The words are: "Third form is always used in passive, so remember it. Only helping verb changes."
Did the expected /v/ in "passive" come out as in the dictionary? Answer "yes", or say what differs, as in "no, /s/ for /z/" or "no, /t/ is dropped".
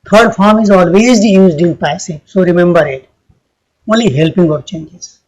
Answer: no, /p/ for /v/